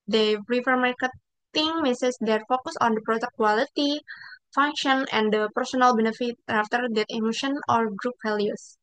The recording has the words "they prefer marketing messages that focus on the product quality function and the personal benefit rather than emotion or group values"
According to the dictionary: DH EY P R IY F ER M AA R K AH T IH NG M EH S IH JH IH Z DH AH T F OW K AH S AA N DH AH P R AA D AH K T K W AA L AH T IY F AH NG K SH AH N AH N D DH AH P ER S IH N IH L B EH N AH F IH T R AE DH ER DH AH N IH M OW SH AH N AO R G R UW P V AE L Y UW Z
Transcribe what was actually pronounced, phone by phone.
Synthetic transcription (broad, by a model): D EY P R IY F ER M AA R K AH T IH NG M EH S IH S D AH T F OW K AH S AA N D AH P R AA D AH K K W AA L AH T IY F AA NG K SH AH N AH N D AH P ER S IH N IH L B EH N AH F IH T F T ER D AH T IH M OW SH AH N AO R G R UW P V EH L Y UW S